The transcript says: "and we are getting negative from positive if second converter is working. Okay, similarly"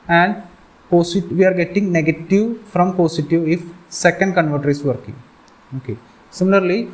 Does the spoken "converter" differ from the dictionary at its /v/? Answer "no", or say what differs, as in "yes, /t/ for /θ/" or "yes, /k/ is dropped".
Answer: no